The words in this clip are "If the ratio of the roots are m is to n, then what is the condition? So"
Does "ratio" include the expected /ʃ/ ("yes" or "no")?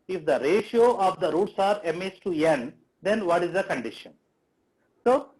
yes